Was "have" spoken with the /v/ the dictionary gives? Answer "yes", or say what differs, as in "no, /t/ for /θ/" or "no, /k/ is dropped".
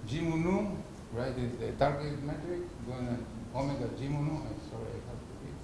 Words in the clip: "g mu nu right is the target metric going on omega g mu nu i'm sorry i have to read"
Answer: no, /p/ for /v/